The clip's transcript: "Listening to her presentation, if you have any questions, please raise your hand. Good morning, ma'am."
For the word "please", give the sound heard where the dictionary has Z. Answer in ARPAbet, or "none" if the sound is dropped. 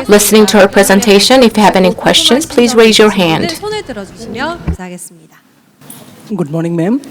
Z